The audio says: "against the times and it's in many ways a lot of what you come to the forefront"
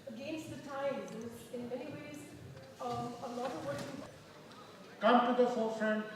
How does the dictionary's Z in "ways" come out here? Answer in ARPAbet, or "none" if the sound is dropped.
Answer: Z